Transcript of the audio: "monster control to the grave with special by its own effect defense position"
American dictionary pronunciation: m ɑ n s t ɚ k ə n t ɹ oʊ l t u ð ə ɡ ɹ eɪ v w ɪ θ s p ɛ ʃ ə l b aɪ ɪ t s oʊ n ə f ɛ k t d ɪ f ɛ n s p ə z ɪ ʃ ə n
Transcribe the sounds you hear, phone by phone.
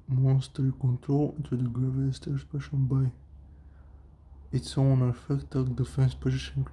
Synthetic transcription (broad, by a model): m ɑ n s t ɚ k ə n t ɹ oʊ l t u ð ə ɡ ɹ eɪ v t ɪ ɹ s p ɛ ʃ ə n b aɪ ɪ t s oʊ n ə f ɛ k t d ɪ f ɛ n s p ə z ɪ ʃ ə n